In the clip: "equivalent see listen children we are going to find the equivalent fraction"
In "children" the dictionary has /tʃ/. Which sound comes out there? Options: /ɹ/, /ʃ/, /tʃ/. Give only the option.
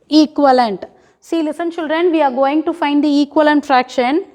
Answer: /ʃ/